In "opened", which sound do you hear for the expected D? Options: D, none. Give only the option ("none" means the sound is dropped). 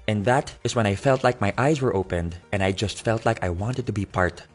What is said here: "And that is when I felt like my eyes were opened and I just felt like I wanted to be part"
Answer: D